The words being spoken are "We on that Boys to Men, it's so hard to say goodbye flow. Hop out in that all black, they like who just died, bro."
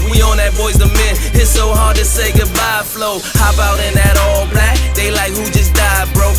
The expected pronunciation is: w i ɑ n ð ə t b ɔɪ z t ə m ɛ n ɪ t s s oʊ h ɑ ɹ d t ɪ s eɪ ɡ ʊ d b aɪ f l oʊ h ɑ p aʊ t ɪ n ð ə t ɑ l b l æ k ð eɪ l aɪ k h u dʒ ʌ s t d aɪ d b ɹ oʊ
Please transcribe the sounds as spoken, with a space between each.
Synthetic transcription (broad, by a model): w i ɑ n ð ə t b ɔɪ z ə m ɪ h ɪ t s s oʊ h ɑ ɹ d t ɪ s eɪ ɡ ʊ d b aɪ f l oʊ h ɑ b aʊ t ɪ n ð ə t ɑ l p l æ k ð eɪ l aɪ k h u dʒ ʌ s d aɪ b ɹ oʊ